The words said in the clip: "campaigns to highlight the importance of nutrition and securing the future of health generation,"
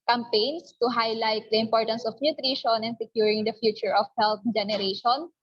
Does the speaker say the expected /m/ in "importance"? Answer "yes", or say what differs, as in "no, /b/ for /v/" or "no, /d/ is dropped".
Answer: yes